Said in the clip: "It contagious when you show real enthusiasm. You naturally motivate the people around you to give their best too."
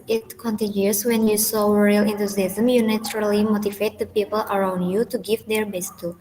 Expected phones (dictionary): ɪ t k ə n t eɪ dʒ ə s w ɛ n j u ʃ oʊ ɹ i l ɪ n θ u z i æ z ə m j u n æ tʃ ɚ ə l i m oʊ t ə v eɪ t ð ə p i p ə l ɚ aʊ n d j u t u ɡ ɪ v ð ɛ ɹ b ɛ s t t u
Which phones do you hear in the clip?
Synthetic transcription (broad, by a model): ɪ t k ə n t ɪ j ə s w ɛ n j u s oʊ ɹ i l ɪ n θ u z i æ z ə m j u n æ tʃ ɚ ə l i m oʊ t ə v eɪ t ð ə p i p ə l ɚ aʊ n d j u t u ɡ ɪ v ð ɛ ɹ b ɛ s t t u